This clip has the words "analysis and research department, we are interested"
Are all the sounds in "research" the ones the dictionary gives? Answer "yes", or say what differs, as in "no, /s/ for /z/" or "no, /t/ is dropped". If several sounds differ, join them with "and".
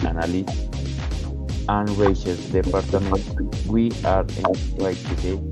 no, /s/ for /tʃ/